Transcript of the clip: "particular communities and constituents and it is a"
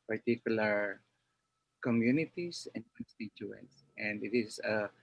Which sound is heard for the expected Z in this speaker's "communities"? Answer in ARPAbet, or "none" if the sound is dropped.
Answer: S